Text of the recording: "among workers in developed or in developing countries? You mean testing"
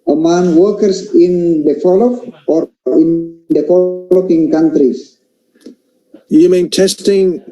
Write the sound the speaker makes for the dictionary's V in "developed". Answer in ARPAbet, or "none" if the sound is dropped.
F